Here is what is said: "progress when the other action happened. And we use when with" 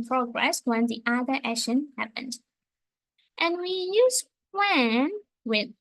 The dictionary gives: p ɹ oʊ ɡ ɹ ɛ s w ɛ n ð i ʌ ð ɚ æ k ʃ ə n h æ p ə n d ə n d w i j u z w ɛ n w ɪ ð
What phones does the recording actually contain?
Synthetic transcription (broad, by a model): p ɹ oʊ ɡ ɹ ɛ s w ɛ n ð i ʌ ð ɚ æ ʃ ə n h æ p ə n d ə n w i j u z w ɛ n w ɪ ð